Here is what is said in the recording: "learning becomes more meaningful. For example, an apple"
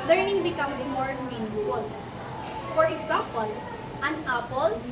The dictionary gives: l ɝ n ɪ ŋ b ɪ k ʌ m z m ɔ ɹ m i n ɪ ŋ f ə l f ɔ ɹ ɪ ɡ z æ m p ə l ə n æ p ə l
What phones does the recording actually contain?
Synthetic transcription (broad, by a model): l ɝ n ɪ ŋ b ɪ k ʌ m s m ɔ ɹ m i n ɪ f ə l f ɔ ɹ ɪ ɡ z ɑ m p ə l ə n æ p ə l